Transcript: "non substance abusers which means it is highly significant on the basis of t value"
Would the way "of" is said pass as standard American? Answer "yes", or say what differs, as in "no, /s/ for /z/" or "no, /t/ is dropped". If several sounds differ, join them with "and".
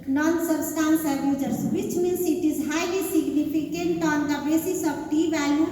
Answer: no, /b/ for /v/